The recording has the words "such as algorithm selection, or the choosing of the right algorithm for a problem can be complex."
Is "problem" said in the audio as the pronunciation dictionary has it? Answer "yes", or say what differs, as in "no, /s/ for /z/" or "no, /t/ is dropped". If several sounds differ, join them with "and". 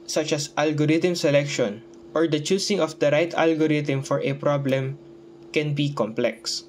yes